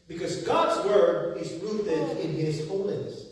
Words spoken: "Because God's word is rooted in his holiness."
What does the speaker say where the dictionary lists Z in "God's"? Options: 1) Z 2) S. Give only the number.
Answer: 1